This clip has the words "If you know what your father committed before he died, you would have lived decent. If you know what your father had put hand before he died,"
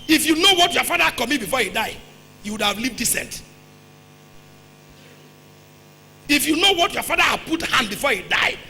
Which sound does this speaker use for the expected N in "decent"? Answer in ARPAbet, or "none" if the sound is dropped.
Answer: N